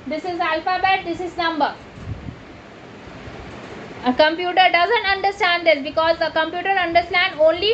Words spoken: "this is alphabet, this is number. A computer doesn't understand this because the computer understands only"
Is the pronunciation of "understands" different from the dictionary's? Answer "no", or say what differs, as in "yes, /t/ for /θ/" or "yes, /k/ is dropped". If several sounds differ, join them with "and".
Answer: yes, /z/ is dropped